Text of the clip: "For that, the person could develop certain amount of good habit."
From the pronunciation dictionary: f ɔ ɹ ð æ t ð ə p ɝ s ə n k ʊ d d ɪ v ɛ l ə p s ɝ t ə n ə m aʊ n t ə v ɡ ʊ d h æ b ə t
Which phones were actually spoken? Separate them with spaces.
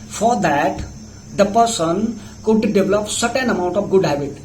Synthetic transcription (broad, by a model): f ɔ ɹ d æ t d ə p ɝ s ə n k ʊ d d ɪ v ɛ l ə p s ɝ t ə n ə m aʊ n t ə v ɡ ʊ d h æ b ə t